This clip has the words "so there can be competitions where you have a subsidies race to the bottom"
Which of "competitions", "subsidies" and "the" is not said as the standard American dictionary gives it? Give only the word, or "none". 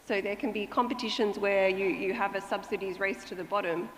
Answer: none